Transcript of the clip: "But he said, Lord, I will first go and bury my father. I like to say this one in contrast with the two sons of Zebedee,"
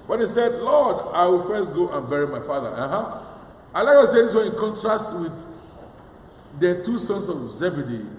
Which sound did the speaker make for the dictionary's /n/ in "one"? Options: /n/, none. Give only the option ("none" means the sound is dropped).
none